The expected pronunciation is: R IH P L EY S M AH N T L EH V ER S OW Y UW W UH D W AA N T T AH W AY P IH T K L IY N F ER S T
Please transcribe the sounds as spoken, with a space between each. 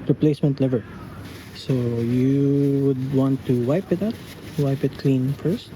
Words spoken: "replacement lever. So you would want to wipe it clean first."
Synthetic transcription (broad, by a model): R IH P L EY S M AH N T L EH V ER S OW Y UW W UH D W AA N T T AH W AY P IH T K L IY N F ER S T